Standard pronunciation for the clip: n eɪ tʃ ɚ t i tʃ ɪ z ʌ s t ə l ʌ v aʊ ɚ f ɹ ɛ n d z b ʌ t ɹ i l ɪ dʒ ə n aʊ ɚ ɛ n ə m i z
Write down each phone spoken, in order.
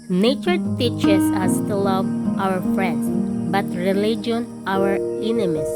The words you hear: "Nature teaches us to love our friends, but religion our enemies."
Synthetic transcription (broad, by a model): n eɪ tʃ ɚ t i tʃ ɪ s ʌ s t ə l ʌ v aʊ ɚ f ɹ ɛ n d s b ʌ t ɹ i l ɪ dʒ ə n aʊ ɚ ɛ n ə m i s